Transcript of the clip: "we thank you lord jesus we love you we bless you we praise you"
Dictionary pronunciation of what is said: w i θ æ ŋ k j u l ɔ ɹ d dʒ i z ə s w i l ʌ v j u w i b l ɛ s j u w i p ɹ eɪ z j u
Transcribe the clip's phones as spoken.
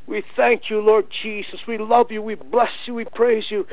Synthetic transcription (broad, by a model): w i θ æ ŋ k j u l ɔ ɹ d dʒ i z ə s w i l ʌ v j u w i b l ɛ s j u w i p ɹ eɪ z j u